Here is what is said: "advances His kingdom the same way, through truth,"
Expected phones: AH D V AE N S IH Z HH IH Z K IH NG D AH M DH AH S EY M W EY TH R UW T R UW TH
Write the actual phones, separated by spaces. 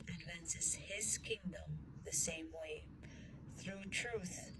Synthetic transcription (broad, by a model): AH D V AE N S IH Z HH IH Z K IH NG D AH M DH AH S EY M W EY TH R UW T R UW TH